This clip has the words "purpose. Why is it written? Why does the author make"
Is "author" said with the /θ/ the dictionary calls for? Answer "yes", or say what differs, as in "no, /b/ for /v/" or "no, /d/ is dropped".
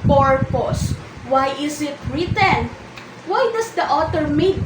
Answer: no, /t/ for /θ/